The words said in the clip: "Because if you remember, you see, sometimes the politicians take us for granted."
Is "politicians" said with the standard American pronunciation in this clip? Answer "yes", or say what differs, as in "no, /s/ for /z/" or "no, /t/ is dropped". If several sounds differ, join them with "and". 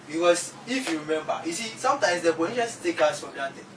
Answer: no, /l/ is dropped and /s/ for /z/